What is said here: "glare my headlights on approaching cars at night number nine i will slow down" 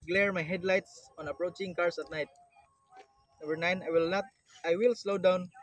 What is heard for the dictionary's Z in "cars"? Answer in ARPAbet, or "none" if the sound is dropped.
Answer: S